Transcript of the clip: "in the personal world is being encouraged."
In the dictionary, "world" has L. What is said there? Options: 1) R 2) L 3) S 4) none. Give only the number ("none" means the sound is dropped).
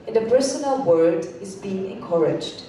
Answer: 4